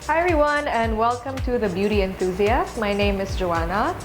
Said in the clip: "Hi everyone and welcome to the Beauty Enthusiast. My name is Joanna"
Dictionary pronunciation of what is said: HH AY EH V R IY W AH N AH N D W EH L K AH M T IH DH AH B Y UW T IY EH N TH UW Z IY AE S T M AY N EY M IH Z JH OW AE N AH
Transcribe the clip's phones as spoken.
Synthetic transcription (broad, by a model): HH AY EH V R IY W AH N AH N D W EH L K AH M T IH DH AH B Y UW T IY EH N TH UW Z IY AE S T M AY N EY M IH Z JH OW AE N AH